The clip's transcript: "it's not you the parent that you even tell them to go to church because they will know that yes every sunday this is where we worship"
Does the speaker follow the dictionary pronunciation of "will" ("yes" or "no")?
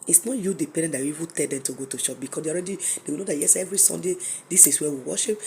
no